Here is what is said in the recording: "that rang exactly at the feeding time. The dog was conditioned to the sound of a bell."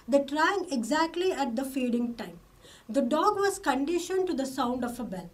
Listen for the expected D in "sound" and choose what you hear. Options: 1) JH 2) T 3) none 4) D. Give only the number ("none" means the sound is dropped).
4